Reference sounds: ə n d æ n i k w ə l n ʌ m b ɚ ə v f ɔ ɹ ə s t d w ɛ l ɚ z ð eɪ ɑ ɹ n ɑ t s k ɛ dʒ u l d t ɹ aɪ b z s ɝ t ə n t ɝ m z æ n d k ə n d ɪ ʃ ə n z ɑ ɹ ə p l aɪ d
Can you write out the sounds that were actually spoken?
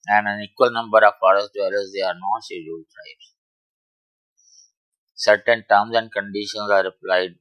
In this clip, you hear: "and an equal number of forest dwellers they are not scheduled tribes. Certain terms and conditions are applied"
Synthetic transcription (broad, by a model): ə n d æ n i k w ə l n ʌ m b ɚ ə v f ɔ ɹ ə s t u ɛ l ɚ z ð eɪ ɑ ɹ n ɑ t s i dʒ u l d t ɹ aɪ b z s ɝ t ə n t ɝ m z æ n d k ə n d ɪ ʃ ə n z ɑ ɹ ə p l aɪ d